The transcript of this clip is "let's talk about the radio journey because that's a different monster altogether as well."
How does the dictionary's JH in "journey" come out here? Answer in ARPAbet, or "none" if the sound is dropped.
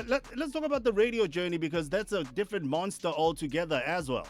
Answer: JH